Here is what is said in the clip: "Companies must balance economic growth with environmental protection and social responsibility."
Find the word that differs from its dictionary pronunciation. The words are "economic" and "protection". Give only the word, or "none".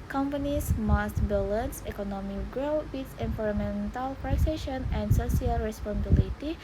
protection